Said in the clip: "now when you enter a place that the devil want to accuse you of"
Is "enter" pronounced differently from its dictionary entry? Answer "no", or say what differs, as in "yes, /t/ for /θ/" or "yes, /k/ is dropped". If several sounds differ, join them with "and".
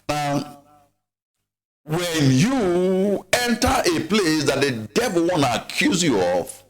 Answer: no